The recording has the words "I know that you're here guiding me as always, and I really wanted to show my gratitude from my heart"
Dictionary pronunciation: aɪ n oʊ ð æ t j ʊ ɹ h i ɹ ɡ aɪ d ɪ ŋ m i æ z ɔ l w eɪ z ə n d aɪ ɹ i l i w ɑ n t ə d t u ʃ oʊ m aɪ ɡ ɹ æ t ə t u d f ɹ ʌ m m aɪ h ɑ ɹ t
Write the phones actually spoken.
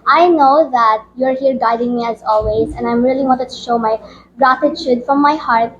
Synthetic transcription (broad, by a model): aɪ n oʊ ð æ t j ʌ ɹ h i ɹ ɡ aɪ d ɪ ŋ m i æ z ɔ l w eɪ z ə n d aɪ ɹ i l i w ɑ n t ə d t u ʃ oʊ m aɪ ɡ ɹ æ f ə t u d f ɹ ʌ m m aɪ h ɑ ɹ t